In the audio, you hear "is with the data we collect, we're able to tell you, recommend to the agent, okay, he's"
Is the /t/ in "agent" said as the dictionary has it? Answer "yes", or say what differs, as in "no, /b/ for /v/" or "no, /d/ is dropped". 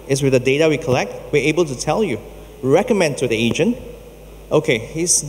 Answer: yes